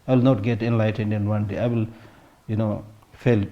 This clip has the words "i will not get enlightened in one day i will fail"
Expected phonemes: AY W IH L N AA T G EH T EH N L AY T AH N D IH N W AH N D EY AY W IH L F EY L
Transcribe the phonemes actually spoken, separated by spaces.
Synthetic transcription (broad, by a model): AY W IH L N AA T G EH T EH N L AY T AH N D IH N W AH N D EY AY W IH L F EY L